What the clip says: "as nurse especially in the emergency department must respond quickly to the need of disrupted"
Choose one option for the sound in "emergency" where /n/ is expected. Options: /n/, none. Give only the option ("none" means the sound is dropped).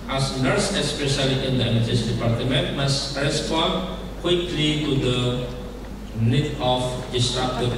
none